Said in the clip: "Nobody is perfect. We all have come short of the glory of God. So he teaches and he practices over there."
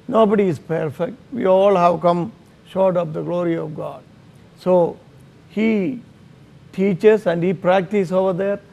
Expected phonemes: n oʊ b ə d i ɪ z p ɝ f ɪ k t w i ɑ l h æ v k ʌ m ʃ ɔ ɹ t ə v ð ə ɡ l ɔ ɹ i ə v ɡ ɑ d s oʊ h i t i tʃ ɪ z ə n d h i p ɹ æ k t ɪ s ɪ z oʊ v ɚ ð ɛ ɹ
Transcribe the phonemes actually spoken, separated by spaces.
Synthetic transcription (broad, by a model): n oʊ b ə d i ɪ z p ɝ f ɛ k t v i ɑ l h æ v k ʌ m ʃ ɔ ɹ t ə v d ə ɡ l ɔ ɹ i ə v ɡ ɑ d s oʊ h i t i tʃ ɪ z ə n d h i p ɹ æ k t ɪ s oʊ v ɚ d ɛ ɹ